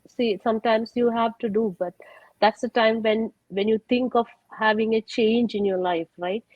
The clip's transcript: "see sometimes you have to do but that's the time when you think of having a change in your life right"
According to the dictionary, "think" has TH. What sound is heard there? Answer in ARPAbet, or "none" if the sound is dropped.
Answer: T